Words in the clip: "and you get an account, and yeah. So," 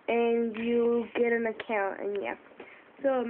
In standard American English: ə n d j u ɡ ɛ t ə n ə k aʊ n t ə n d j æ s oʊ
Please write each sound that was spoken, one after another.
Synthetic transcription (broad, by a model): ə n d j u ɡ ɛ t ə n ə k aʊ n t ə n j æ s oʊ